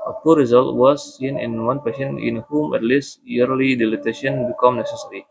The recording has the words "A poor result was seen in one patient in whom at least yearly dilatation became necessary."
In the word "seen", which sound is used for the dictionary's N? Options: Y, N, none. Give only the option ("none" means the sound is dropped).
N